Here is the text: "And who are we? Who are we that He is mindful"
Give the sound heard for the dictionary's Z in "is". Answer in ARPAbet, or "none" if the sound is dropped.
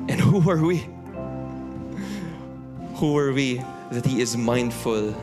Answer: Z